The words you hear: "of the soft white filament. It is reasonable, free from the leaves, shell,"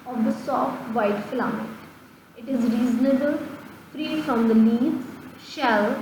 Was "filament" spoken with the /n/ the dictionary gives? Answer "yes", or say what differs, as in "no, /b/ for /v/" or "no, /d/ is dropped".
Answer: no, /n/ is dropped